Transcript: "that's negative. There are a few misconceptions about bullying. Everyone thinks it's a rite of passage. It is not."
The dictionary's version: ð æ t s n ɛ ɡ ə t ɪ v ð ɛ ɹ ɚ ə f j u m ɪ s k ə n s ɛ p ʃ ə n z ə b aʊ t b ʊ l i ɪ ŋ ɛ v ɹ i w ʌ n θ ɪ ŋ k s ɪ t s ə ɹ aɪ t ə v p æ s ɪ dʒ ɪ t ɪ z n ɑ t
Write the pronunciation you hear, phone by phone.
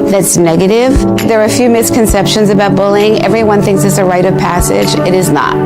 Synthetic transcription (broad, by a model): ð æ t s n ɛ ɡ ə t ɪ v ð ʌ ɹ f j u m ɪ s k ə n s ɛ p ʃ ə n z ə b aʊ t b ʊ l ɪ ŋ ɛ v ɹ i w ʌ n θ ɪ ŋ k s ɪ t s ə ɹ aɪ t ə v p æ s ɪ dʒ ɪ t ɪ z n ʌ t